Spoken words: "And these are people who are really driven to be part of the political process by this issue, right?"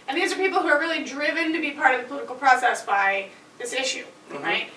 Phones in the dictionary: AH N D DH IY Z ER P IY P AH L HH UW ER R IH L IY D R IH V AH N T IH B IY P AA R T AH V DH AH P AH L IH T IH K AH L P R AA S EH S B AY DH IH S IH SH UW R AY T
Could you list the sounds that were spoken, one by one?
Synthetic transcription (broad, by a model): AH N DH IY Z ER P IY P L HH UW ER R IH L IY D R IH V AH N T IH B IY P AA R T AH V DH AH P L IH T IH K L P R AA S EH S B AY DH IH S IH SH UW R AY T